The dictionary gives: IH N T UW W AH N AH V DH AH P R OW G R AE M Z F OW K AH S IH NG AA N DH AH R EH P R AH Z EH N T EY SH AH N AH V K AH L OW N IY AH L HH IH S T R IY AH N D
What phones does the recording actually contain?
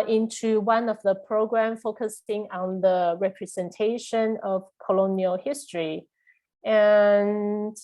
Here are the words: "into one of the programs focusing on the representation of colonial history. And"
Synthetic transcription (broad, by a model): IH N T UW W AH N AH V DH AH P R OW G R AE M F OW K AH S IH NG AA N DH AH R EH P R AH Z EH N T EY SH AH N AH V K AH L OW N IY AH L HH IH S T R IY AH N